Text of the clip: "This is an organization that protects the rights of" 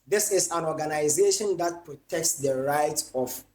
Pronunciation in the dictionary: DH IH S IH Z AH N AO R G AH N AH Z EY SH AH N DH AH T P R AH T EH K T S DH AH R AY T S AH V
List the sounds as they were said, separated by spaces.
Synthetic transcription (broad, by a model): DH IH S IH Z AH N AO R G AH N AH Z EY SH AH N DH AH T P R AH T EH K T S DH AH R AY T AH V